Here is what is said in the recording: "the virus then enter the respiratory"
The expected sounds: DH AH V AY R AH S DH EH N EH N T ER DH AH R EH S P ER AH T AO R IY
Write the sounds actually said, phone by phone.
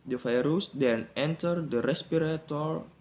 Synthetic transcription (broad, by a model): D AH F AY R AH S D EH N EH N T ER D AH R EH S P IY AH T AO R